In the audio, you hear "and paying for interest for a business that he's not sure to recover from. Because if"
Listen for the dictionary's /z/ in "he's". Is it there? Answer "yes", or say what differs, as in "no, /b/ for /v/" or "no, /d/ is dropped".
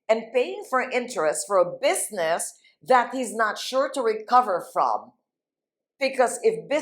yes